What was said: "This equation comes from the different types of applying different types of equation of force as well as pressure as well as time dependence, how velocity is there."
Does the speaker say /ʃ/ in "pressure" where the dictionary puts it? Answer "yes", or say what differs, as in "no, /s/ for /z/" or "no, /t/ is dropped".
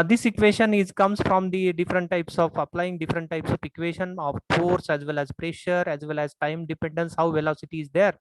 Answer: yes